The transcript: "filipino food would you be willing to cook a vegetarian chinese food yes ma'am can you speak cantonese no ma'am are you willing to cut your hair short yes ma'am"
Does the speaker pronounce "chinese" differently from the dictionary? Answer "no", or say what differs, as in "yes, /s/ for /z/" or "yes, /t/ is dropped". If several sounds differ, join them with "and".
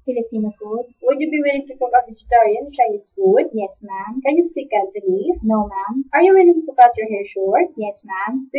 yes, /n/ is dropped